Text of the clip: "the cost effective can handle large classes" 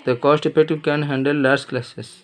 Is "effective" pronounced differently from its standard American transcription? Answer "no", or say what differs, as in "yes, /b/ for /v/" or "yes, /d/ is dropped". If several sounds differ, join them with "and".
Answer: yes, /p/ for /f/ and /k/ is dropped